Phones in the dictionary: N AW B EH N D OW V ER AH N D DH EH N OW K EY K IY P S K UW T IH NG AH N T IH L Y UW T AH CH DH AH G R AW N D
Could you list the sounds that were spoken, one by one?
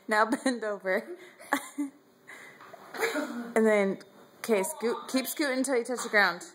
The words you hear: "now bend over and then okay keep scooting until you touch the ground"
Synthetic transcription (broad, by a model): N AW B EH N D OW V ER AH N DH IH N K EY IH S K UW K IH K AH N T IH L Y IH T AH CH DH AH G R AW N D